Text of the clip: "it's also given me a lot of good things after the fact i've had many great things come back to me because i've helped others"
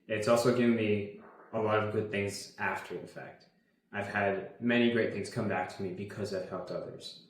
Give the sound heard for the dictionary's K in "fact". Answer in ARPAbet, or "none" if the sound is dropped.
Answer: K